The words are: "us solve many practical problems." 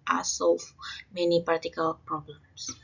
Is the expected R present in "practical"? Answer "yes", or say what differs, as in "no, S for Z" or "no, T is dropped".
no, R is dropped